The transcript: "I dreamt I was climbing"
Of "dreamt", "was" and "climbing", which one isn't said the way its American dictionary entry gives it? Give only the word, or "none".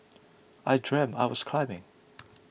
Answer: dreamt